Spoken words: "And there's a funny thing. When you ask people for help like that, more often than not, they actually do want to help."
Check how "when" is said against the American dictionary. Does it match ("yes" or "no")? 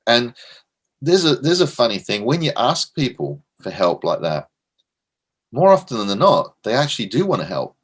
yes